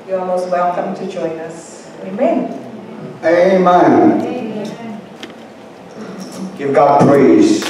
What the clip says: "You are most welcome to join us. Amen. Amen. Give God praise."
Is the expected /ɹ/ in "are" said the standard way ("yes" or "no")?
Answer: no